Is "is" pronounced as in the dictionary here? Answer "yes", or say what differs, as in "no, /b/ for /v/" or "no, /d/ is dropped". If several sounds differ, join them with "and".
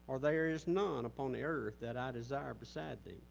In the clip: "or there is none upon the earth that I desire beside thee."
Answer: yes